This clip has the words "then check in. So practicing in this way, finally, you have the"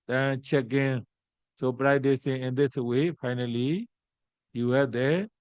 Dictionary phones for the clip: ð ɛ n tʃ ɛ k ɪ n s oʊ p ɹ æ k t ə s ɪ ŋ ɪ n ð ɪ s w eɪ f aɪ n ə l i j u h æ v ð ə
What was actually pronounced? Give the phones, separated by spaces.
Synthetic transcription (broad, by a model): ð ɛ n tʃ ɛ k ɪ n s oʊ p ɹ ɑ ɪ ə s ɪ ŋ ɪ n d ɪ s w eɪ f aɪ n ə l i j u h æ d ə